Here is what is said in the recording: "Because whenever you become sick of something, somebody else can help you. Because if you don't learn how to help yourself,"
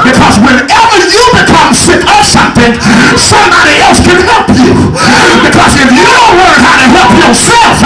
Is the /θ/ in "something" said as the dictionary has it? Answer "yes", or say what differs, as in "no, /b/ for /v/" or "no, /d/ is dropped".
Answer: yes